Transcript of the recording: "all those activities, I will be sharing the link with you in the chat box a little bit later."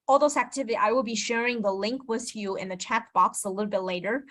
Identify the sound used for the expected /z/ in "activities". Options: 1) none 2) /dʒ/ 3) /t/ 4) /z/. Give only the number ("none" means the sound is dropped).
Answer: 1